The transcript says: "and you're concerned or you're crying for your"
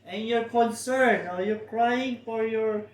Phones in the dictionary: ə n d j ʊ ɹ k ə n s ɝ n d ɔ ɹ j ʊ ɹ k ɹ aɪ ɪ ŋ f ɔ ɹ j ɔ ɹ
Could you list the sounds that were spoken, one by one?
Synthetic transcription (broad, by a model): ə n j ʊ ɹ k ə n s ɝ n ɔ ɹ j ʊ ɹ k ɹ aɪ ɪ ŋ f ɔ ɹ j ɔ ɹ